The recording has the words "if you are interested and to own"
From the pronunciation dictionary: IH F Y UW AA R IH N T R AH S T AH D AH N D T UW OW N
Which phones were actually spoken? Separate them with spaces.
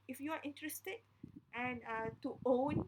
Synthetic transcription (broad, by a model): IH F Y UW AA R IH N T R AH S T AH D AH N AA T UW OW N